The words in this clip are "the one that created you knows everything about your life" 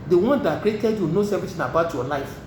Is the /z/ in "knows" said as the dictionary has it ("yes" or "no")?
no